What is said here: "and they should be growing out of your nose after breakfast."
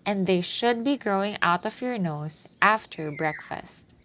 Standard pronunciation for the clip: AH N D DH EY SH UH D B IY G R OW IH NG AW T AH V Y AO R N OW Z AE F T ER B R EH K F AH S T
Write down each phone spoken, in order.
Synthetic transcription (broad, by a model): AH N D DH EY SH UH D B IY G R OW IH NG AW T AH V Y AO R N OW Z AE F T ER B R EH K F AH S T